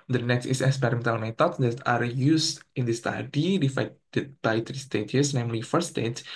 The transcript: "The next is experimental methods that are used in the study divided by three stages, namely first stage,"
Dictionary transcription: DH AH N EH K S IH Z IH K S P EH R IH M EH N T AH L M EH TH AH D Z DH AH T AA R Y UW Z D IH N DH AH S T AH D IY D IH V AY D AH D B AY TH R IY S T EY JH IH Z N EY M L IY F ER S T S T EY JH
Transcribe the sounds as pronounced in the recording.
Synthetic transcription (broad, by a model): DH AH N EH K S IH S IH K S P EH R IH M EH N T AH L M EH T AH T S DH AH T AA R Y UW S IH N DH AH S T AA D IY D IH F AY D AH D B AY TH R IY S T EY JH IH S N EY M L IY F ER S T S T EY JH